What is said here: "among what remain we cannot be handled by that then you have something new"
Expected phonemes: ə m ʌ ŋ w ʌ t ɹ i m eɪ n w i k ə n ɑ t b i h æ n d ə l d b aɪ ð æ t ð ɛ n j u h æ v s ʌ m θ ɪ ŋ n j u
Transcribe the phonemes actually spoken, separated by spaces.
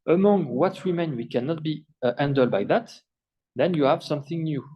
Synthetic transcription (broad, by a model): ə m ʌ ŋ w ʌ t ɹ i m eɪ n w i k ə n ɑ t b i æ n d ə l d b aɪ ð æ t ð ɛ n j u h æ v s ʌ m θ ɪ ŋ n j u